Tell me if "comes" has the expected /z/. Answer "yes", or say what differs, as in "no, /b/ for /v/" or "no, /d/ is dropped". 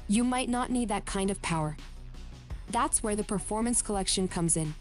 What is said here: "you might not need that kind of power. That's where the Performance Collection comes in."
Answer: yes